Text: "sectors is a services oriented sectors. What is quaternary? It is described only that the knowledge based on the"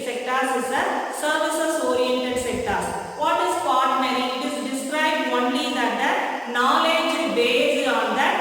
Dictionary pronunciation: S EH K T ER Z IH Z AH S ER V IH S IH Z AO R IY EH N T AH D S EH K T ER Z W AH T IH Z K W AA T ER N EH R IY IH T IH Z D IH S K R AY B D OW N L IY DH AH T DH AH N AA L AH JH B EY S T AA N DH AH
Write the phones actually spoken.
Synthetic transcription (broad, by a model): S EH K T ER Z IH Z AH S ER V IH S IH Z AO R IY EH N T AH D S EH K T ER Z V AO T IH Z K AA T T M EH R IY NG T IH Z D IH S K R AY B D OW N L IY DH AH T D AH N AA L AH JH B EY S AA N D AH